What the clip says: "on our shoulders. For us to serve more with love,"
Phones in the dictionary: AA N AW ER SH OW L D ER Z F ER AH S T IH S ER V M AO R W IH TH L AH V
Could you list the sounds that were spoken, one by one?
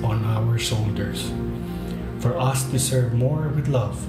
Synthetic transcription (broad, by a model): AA N AW ER S OW L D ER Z F ER AH S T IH S ER V M AO R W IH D L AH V